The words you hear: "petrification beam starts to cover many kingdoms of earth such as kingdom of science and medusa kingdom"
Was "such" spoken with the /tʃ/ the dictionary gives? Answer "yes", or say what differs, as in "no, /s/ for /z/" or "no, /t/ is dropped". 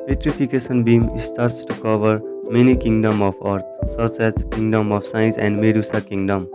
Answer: no, /s/ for /tʃ/